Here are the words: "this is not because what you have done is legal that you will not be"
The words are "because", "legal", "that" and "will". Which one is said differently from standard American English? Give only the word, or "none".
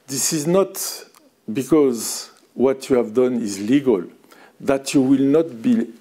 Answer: none